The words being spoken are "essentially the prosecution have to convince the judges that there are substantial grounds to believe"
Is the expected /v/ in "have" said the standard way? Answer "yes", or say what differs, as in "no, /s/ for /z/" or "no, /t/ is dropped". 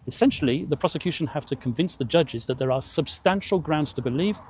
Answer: no, /f/ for /v/